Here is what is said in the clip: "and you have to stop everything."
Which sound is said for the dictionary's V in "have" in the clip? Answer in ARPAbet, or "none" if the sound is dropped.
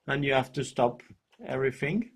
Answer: F